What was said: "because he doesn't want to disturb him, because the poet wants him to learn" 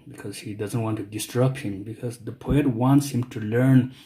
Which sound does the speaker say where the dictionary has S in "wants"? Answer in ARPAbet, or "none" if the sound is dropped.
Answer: S